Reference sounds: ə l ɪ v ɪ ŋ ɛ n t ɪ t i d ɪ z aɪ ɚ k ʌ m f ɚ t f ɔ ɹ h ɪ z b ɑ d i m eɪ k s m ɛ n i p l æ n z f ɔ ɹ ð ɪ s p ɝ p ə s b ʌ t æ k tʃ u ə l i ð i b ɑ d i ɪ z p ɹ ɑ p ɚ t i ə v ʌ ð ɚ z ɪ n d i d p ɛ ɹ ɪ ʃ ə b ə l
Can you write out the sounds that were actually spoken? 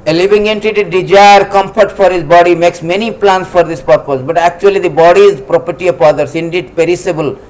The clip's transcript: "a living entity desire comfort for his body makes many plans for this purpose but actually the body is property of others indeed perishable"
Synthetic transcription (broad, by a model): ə l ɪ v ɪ ŋ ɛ n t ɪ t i d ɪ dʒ aɪ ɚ k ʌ m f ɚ t f ɔ ɹ h ɪ z b ɑ d i m eɪ k s m ɛ n i p l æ n s f ɔ ɹ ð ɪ s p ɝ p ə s b ʌ t æ k tʃ u ə l i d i b ɑ d i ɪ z p ɹ ɑ p ɚ t i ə p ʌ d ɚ s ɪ n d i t p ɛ ɹ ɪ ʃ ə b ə l